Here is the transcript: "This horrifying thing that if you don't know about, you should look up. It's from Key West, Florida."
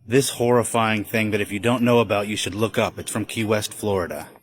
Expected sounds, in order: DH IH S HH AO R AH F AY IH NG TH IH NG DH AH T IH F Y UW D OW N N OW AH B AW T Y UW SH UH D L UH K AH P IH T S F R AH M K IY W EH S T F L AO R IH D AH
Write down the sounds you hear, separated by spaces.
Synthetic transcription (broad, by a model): DH IH S HH AO R AH F AY IH NG TH IH NG DH AH T IH F Y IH D OW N N OW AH B AW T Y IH SH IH D L UH K AH P IH T S F R AH M K IY W EH S T F L AO R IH D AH